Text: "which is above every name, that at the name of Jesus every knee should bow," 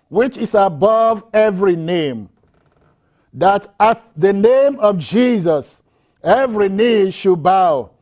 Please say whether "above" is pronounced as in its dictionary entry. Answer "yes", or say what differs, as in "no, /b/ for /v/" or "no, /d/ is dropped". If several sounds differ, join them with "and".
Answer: yes